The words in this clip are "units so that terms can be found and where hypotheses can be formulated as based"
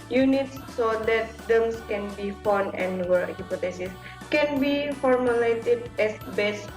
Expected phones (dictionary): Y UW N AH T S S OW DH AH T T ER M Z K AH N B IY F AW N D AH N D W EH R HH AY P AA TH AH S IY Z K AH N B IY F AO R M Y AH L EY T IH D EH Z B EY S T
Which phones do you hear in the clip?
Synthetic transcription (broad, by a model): Y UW N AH T S S OW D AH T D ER M S K AH N B IY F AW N AH N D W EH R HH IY P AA T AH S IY S K AH N B IY F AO R M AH L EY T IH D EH S B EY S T